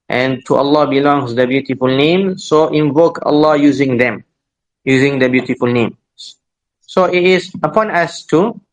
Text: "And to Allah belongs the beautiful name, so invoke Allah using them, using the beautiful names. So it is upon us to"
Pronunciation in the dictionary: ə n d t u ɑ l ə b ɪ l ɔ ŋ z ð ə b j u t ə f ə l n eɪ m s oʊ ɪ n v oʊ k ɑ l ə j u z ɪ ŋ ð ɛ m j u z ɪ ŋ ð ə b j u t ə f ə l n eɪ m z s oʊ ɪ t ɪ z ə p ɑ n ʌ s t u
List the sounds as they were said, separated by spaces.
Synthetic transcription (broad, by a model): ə n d t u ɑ l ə b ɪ l ɔ ŋ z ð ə b j u t ə f ə l n eɪ m s oʊ ɪ n v oʊ k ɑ l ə j u z ɪ ŋ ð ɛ m j u z ɪ ŋ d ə b j u t ə f ə l n eɪ m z s oʊ ɪ t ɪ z ə p ɑ n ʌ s t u